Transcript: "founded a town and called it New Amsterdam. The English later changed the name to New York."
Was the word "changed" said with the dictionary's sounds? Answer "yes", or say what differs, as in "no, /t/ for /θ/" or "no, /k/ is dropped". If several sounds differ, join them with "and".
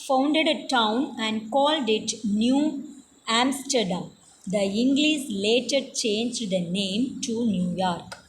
yes